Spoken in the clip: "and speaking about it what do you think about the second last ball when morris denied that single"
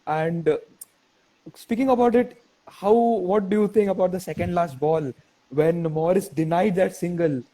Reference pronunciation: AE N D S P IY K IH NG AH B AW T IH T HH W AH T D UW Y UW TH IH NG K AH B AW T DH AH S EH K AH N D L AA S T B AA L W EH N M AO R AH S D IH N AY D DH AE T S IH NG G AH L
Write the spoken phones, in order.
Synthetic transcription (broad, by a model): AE N D S P IY K IH NG AH B AW T IH T HH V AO T D UW Y UW T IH NG K AH B AW T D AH S EH K AH N D L AA S T B AA L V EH N M AO R AH S D IH N AY D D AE T S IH NG G AH L